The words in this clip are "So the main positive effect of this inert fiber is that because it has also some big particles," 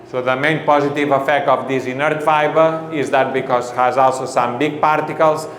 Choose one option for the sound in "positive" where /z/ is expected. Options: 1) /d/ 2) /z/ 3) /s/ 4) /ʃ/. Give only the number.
2